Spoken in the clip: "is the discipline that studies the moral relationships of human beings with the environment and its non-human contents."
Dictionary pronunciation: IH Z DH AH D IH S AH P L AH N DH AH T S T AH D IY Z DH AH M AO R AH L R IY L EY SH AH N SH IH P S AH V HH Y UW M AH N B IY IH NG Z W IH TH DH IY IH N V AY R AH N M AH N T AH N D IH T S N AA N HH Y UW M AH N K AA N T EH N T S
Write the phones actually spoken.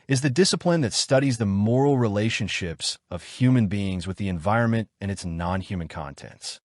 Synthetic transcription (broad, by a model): IH Z DH AH D IH S AH P L AH N DH AH T S T AH D IY Z DH AH M AO R L R IY L EY SH AH N SH IH P S AH V HH Y UW M AH N B IY IH NG Z W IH DH IY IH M V AY R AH N M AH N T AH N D IH T S N AA N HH Y UW M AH N K AA N T EH N T S